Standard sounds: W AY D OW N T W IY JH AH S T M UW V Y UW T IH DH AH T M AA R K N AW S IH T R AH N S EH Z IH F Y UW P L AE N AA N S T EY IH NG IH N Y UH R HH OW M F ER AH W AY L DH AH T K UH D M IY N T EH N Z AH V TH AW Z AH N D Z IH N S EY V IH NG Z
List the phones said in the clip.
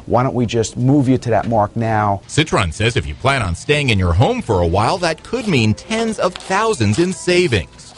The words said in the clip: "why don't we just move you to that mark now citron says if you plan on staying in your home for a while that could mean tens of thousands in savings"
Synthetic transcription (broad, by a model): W AY D OW N T W IY JH AH S T M UW V Y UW T IH DH AH T M AA R K N AW S IH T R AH N S EH Z IH F Y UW P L AE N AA N S T EY IH NG IH N Y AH R HH OW M F ER AH W AY L DH AH T K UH D M IY N T EH N Z AH V TH AW Z AH N D Z IH N S EY V IH NG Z